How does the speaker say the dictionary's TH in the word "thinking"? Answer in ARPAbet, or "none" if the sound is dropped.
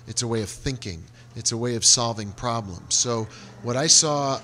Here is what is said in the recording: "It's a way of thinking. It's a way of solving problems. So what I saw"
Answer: TH